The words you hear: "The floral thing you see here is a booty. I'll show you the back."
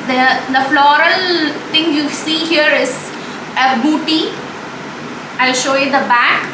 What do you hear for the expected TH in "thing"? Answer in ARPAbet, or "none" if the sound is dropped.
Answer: T